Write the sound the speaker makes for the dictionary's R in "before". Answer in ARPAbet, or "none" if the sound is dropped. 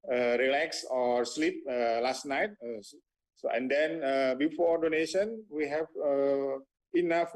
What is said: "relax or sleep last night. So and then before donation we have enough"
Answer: R